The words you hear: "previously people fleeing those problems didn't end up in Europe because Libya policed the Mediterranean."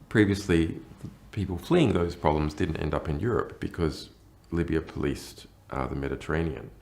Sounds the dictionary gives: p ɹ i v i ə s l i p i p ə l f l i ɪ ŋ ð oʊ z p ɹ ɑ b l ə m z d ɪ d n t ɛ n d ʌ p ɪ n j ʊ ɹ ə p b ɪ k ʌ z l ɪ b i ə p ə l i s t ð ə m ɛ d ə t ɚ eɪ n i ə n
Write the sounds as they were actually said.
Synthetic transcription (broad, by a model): p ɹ i v i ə s l i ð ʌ p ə l f l i ɪ ŋ ð oʊ z p ɹ ɑ b l ə m z d ɪ d n t ɛ n d ʌ p ɪ n j ʊ ɹ ə p b ɪ k ʌ z l ɪ b i ə p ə l i s t ð ə m ɛ d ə t ɚ eɪ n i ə n